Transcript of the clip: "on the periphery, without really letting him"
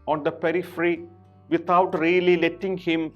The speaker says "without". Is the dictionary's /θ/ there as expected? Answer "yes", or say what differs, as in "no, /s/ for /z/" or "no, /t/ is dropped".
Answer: no, /t/ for /θ/